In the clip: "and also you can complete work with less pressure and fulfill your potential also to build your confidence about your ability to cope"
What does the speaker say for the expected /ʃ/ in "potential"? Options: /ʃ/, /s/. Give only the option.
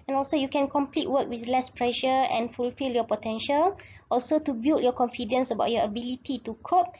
/ʃ/